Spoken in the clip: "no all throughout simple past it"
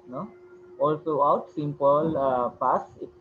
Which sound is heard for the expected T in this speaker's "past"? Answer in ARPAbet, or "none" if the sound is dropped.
none